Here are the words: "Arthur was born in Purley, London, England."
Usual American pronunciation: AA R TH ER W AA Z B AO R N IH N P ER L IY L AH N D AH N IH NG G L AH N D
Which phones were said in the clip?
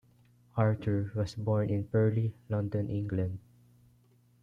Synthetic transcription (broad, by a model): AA R T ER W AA S B AO R N IH N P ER L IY L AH N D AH N IH NG G L AH N D